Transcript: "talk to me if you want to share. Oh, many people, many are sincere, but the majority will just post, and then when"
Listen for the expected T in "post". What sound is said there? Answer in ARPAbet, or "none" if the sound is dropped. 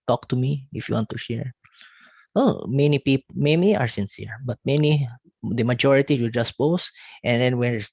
T